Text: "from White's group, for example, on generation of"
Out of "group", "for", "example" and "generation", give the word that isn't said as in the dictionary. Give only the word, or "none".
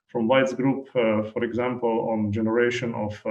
none